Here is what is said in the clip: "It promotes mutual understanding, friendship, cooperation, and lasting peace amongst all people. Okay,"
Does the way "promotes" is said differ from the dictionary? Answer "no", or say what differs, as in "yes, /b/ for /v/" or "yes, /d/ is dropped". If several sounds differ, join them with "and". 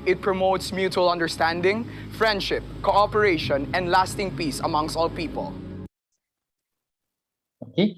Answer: no